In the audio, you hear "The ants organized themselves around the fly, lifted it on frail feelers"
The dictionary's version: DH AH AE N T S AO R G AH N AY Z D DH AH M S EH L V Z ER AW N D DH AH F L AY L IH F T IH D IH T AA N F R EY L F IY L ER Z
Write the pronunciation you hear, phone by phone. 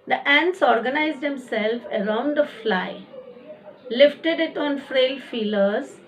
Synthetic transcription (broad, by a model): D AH AE N T S AO R G AH N AY Z D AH M S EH L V ER AW N D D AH F L AY L IH F T IH D IH T AA N F R EY L F IY L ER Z